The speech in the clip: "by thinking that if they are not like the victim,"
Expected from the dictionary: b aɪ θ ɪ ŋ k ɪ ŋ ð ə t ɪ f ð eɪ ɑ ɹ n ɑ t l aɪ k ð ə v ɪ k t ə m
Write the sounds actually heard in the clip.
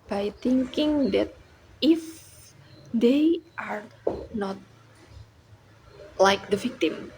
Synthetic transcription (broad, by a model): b aɪ t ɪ ŋ k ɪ ŋ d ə t ɪ f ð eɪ ɑ ɹ n ɑ t l aɪ k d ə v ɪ k t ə m